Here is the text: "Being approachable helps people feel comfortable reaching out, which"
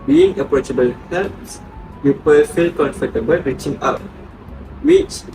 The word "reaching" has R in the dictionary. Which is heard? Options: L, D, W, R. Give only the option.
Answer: R